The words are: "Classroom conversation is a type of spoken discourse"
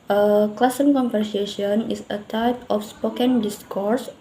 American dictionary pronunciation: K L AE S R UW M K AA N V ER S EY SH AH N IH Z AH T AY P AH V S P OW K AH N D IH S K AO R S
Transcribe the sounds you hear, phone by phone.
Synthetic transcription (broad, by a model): K L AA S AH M K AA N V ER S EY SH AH N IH S AH T AY P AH F S P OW K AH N D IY S K AO R S